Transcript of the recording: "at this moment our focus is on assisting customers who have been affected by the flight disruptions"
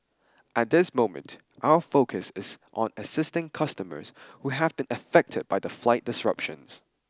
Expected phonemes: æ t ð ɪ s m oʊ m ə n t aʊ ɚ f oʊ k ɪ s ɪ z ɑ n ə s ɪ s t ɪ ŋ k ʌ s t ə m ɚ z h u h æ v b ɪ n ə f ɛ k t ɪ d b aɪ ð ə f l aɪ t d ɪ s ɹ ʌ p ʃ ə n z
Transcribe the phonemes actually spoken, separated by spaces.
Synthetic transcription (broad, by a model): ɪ t ð ɪ s m oʊ m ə n t aʊ ɚ f oʊ k ɪ s ɪ z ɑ n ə s ɪ s t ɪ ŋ k ʌ s t ə m ɚ z h u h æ v b ɪ n ə f ɛ k t ɪ d b aɪ ð ə f l aɪ t d ɪ s ɹ ʌ p ʃ ə n z